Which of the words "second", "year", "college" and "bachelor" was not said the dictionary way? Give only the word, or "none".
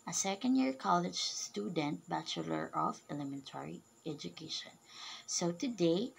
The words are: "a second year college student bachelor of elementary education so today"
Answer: none